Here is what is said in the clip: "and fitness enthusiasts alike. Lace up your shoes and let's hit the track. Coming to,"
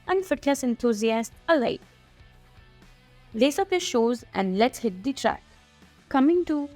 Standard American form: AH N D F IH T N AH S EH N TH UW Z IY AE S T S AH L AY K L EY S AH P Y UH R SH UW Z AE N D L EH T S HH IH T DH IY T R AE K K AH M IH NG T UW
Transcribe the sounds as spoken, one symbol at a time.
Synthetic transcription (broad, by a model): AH N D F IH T L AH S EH N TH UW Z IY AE S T AH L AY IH L EY S AH P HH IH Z SH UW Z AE N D L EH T HH IH T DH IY T R AE K K AH M IH NG T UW